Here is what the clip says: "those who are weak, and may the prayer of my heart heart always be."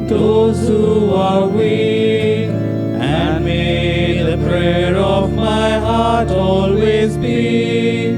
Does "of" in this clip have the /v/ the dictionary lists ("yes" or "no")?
yes